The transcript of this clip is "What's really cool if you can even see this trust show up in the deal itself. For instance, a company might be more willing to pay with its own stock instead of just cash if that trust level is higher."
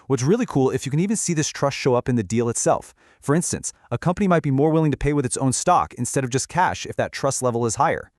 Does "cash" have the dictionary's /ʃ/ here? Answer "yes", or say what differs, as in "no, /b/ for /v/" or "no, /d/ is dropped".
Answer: yes